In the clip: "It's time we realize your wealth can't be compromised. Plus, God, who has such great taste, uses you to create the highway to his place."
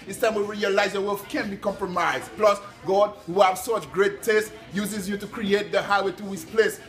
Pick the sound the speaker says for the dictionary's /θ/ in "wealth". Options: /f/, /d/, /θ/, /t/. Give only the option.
/f/